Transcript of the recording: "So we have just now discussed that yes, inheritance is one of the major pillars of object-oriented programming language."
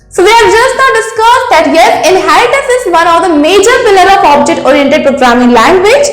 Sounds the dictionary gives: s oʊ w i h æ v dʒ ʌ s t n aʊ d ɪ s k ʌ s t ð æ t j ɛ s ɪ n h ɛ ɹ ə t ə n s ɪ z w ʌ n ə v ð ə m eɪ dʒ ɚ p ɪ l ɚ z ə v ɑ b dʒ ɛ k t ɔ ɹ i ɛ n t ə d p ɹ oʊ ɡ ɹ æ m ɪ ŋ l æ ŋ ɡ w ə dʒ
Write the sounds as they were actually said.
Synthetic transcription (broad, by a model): s oʊ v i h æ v dʒ ʌ s t n aʊ d ɪ s k ʌ s t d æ t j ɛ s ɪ n h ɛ ɹ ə t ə s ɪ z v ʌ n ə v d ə m eɪ dʒ ɚ f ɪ l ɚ ə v ɑ b dʒ ɛ k t ɔ ɹ i ɛ n t ə d p ɹ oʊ ɡ ɹ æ m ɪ ŋ l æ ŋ ɡ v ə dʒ